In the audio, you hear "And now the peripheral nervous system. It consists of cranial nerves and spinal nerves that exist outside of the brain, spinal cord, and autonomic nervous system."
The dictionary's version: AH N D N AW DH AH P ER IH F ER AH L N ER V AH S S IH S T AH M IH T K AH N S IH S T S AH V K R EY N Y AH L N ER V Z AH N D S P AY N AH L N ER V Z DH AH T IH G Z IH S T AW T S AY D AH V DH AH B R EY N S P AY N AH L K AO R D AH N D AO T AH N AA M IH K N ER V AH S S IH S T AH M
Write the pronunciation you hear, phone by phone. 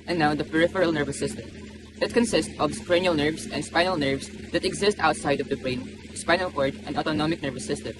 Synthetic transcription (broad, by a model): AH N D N AW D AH P ER IH F ER AH L N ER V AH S S IH S T AH M IH T K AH N S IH S T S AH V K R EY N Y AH L N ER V S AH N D S P AY N AH L N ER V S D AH T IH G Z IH S T AW T S AY D AH V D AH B R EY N S P AY N AH L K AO R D AH N D AO T AH N AA M IH K N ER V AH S S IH S T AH M